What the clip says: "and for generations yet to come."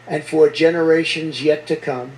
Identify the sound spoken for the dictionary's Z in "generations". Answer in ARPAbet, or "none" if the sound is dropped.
Z